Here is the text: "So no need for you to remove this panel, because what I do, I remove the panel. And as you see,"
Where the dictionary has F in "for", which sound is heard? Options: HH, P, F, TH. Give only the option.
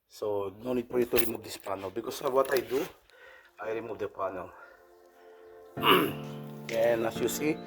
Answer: P